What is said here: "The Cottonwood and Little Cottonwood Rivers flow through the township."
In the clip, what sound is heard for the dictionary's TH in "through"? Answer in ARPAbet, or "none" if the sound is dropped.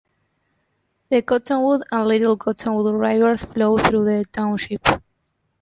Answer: TH